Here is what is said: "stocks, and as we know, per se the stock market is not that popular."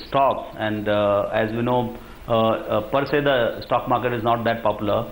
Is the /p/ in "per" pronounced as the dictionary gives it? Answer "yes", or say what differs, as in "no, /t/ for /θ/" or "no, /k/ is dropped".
yes